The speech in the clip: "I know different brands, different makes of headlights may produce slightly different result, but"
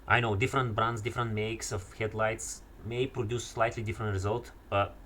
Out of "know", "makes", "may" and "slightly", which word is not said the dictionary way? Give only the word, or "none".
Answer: none